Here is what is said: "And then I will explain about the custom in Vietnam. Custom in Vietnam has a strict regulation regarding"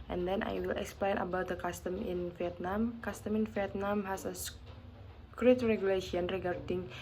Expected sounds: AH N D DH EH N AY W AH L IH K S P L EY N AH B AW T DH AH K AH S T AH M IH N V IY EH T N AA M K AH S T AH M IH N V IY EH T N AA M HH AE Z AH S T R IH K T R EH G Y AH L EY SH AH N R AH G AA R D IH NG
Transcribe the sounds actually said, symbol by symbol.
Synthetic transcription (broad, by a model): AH N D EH N AY W AH L IH K S P L EY N AH B AW T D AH K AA S T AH M IH N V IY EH T N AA M K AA S T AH M IH N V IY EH T N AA M HH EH S AH S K R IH T R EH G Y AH L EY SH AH N R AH G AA R D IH NG